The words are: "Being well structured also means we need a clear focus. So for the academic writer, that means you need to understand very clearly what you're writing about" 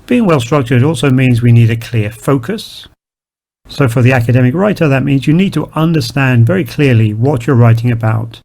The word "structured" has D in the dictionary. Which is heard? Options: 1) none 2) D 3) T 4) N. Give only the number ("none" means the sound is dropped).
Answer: 2